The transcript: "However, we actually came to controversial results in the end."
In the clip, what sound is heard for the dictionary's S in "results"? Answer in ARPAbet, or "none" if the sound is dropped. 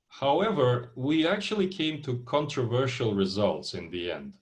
S